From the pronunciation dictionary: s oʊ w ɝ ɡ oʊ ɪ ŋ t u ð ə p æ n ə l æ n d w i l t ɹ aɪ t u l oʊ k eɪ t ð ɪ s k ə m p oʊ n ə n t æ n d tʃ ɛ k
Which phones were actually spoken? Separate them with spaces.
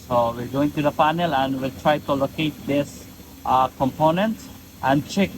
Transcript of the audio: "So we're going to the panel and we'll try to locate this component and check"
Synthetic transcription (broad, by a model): s oʊ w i ɡ oʊ ɪ ŋ t u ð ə f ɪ n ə l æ n d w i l t ɹ aɪ t u l oʊ k eɪ t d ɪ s k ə m p oʊ n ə n t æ n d tʃ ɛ k